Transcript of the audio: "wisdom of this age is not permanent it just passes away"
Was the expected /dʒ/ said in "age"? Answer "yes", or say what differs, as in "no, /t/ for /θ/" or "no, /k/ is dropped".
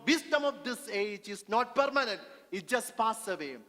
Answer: yes